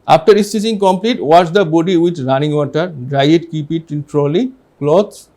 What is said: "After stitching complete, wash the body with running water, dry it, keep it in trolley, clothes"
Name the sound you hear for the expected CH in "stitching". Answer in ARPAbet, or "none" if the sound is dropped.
S